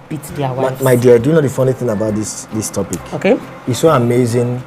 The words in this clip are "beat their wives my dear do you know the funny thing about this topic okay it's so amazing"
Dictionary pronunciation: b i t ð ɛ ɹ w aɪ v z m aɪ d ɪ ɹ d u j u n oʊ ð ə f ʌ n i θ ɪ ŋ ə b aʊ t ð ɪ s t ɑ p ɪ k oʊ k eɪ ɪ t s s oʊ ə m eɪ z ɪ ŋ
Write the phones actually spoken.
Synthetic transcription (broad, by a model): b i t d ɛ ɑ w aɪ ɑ m aɪ d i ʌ d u j u n oʊ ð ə f ʌ n i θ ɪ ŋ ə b aʊ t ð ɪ s t ɑ p ɪ k oʊ k eɪ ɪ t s s oʊ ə m eɪ z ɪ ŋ